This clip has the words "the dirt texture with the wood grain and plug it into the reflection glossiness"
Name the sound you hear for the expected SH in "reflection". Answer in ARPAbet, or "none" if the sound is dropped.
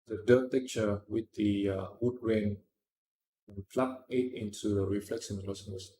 S